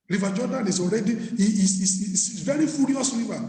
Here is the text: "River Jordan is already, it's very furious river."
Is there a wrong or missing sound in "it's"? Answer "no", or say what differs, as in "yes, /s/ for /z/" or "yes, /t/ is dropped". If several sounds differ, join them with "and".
yes, /s/ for /t/